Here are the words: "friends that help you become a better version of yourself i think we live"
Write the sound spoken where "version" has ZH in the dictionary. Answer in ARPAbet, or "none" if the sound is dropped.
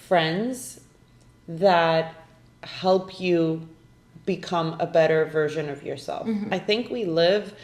ZH